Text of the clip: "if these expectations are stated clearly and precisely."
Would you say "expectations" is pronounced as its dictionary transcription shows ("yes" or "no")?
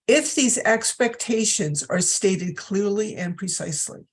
yes